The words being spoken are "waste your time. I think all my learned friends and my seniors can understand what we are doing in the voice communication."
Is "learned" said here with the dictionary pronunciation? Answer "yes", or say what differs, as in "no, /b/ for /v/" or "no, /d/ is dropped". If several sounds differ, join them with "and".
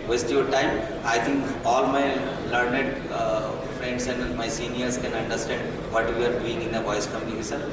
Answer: yes